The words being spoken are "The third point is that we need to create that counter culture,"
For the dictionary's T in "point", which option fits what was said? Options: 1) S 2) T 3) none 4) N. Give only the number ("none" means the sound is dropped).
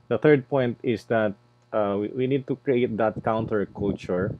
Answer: 2